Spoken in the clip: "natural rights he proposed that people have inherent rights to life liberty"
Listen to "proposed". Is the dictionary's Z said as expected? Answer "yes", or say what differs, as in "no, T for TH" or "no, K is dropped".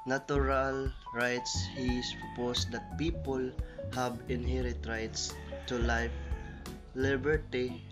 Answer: no, S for Z